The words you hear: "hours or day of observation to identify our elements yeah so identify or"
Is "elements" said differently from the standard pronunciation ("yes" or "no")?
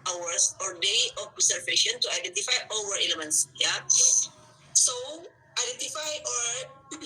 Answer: no